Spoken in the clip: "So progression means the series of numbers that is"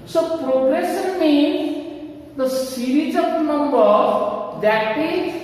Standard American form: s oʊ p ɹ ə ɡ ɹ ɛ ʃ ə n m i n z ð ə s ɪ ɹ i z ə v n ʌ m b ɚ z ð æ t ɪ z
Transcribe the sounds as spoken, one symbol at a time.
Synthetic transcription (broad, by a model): s oʊ p ɹ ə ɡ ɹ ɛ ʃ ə n m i n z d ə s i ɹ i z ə p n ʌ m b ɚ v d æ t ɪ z